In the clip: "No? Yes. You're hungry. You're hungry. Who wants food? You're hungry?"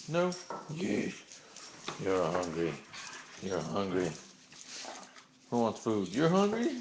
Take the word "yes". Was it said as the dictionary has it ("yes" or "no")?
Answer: no